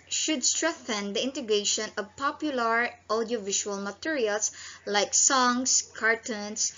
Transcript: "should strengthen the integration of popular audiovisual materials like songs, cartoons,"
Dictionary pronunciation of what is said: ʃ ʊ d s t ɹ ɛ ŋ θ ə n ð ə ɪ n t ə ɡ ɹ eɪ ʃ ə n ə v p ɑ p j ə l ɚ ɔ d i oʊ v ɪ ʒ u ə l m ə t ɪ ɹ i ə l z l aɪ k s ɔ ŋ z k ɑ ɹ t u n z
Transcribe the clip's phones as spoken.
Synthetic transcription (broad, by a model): ʃ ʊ d s t ɹ ɛ ŋ θ ə n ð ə ɪ n t ə ɡ ɹ eɪ ʃ ə n ə v p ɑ p j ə l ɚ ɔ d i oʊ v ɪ ʃ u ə l m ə t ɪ ɹ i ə l s l aɪ k s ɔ ŋ s k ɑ ɹ t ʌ n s